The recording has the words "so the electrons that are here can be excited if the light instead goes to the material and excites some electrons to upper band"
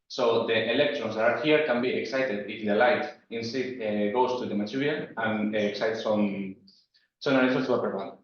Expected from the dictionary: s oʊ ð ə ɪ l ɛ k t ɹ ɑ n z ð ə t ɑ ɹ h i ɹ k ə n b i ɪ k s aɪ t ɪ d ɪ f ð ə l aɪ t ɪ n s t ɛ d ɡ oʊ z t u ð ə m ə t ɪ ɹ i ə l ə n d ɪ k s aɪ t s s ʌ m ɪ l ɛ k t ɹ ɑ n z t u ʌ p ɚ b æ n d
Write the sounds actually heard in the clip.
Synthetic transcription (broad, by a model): s oʊ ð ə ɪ l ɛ k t ɹ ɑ n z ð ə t ɑ ɹ h i ɹ k ə n b i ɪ k s aɪ t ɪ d ɪ f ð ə l aɪ t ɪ n s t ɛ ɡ oʊ s t u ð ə m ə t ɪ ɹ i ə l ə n k s aɪ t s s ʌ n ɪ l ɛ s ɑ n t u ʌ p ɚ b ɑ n